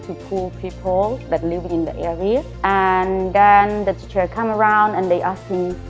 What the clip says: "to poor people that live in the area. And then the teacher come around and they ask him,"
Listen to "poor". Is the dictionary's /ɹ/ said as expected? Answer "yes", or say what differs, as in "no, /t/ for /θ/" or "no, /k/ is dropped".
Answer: no, /l/ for /ɹ/